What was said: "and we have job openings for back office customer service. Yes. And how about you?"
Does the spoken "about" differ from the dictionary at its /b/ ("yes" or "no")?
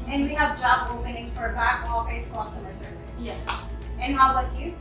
yes